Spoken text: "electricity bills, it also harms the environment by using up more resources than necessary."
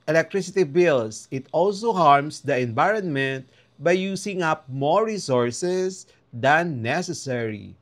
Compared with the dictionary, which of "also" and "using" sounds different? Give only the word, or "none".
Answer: using